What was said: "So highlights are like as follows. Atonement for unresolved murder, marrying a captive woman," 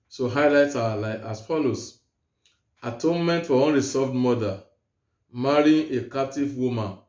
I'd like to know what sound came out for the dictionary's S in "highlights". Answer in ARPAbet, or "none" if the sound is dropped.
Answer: none